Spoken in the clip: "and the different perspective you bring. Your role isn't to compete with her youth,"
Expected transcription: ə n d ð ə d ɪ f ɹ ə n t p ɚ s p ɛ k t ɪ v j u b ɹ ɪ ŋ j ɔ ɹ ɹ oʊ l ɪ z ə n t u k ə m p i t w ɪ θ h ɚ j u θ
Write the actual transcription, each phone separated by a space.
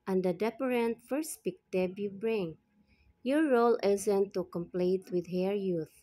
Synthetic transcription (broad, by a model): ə n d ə d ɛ p ɹ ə n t f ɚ s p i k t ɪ b j u b ɹ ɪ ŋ j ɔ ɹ ɹ oʊ l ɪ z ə n t u k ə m p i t w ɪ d h ɚ j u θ